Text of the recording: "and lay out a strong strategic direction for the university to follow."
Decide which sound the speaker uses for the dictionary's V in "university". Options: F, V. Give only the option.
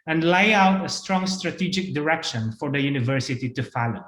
V